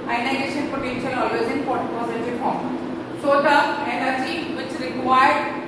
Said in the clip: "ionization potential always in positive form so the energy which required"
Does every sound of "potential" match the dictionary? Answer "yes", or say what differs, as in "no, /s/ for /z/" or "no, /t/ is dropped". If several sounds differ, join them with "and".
yes